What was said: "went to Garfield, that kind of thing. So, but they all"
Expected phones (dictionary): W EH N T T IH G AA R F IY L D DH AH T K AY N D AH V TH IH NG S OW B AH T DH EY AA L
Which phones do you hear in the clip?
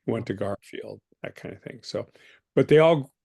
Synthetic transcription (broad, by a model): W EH N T T IH G AA R F IY L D DH AH T K AY N D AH TH IH NG S OW B AH T DH EY AA L